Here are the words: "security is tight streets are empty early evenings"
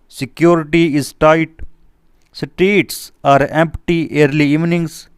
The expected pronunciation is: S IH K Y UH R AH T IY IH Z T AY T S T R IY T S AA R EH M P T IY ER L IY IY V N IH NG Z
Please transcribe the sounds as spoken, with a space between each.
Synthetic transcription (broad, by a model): S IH K Y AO R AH T IY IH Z T AY T S T IY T S AA R EH M P T IY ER L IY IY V N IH NG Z